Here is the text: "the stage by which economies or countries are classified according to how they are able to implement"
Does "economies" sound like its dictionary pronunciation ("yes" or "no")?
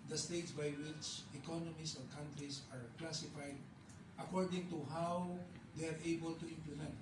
no